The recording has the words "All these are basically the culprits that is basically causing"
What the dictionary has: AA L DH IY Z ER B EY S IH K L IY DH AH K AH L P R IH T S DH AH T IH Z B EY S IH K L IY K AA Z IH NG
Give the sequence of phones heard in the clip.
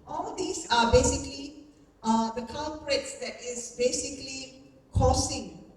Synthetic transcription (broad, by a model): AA L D IY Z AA B EY S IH K L IY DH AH K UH N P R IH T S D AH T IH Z B EY S IH K L IY K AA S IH NG